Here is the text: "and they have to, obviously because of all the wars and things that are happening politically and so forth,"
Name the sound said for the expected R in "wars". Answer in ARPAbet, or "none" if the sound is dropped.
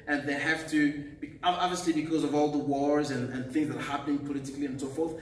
R